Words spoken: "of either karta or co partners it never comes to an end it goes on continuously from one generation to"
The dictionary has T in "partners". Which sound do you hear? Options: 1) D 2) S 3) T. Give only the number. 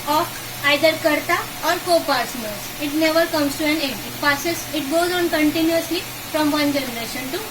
2